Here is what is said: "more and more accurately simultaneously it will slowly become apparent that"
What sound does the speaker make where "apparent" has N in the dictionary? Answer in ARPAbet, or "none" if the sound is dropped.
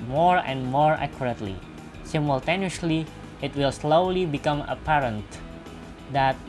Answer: N